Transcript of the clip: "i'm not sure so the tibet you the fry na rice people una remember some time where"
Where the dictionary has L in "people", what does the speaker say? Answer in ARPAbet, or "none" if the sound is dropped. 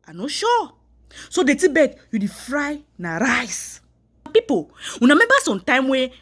W